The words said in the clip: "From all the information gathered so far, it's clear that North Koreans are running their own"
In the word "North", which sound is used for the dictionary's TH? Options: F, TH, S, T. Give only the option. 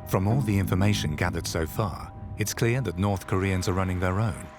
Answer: TH